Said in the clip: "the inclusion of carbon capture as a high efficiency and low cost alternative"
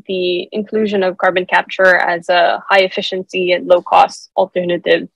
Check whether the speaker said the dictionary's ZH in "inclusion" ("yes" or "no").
yes